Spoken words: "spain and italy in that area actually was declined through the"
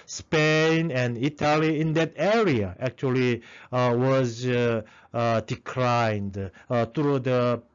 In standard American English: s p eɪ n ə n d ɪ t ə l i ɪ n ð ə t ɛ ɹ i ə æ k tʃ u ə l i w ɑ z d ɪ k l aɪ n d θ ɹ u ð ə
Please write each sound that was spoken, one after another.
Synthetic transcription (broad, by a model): s p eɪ n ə n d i t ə l i ɪ n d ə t ɛ ɹ i ə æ k tʃ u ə l i w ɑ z d ɪ k l aɪ n d t ɹ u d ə